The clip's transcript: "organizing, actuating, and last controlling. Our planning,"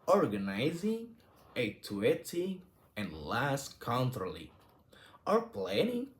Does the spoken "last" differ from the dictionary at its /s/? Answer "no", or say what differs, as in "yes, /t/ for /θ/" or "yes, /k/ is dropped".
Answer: no